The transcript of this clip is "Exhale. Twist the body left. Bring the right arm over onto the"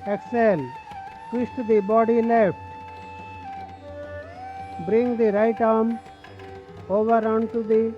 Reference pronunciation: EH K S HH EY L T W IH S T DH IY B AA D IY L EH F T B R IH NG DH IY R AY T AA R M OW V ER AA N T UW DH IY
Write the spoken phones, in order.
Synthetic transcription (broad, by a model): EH K S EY L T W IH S T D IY B AA D IY L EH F T B R IH NG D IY R AY T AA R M OW V ER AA N T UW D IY